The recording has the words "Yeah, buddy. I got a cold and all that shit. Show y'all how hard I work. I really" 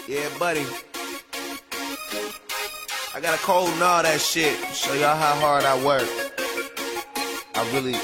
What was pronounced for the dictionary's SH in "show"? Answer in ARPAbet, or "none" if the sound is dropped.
S